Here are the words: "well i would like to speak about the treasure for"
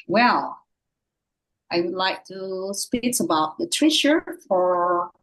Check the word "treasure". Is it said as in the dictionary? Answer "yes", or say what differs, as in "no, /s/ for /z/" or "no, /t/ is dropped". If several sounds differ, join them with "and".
no, /ʃ/ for /ʒ/